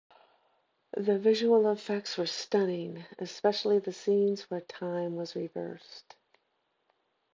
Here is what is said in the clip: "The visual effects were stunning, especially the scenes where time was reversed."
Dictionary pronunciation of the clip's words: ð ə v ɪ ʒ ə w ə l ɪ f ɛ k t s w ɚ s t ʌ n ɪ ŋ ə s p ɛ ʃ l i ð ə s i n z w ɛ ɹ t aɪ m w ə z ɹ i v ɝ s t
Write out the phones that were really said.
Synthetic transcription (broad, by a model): ð ə v ɪ ʒ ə w l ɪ f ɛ k t s w ɚ s t ʌ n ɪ ŋ ə s p ɛ ʃ l i ð ə s i n z w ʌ ɹ t aɪ m w ə z ɹ i v ɝ s t